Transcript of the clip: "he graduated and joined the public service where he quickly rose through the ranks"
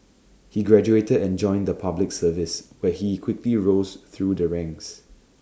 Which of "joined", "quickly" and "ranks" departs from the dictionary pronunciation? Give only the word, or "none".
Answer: ranks